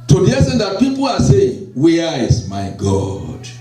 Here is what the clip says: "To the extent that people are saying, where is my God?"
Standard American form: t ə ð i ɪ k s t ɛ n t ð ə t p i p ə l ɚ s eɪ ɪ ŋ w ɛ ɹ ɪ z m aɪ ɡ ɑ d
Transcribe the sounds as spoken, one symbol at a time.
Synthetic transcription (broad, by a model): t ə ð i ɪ s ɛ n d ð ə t p i p ə l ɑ s eɪ ɪ ŋ w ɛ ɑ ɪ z m aɪ ɡ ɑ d